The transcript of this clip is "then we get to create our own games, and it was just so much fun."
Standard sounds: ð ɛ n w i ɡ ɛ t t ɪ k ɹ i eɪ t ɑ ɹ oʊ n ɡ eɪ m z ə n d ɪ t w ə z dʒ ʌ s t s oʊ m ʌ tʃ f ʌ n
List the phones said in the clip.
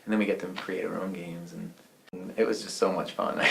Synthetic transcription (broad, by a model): ð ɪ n w i ɡ ɛ t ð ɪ k ɹ i eɪ t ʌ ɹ oʊ n ɡ eɪ m z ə n ɪ t w ə z dʒ ʌ s t s oʊ m ʌ tʃ f ʌ n